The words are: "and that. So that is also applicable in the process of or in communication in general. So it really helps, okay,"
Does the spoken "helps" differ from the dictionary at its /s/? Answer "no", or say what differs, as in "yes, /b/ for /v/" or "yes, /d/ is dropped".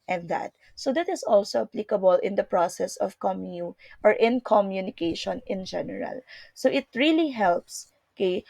no